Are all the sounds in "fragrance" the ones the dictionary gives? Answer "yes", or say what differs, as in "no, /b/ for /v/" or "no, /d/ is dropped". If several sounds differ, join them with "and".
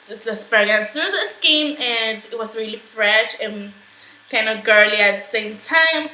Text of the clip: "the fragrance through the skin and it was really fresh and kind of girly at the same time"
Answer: no, /ɹ/ is dropped and /s/ is dropped